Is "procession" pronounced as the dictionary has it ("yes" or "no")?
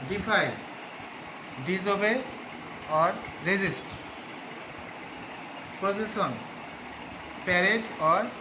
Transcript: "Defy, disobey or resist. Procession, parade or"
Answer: no